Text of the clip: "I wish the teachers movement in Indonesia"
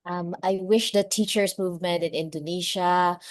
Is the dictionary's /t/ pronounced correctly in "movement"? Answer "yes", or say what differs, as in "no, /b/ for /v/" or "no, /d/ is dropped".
yes